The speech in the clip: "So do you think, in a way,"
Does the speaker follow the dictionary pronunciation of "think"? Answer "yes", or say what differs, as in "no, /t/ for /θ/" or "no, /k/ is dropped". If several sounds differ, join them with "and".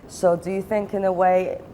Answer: yes